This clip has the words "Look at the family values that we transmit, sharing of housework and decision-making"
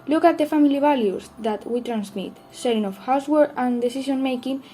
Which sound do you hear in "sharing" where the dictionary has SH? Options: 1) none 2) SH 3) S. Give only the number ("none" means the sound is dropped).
3